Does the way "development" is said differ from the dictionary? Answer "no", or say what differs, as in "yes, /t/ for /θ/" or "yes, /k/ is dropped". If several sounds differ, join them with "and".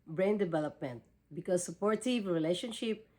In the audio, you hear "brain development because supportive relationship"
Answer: no